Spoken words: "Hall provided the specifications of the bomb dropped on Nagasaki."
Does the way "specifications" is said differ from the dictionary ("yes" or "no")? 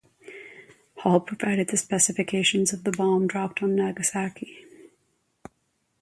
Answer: no